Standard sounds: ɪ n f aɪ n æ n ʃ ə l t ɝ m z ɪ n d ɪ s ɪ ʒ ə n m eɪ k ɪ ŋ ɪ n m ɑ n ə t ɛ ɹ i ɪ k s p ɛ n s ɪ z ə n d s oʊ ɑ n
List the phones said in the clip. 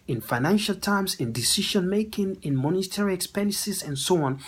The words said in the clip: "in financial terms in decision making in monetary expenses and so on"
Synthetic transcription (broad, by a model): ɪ n f aɪ n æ n ʃ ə l t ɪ m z ɪ n d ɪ s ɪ ʃ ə n m eɪ k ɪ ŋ ɪ n m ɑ n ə t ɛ ɹ i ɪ k s p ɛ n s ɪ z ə n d s oʊ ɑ n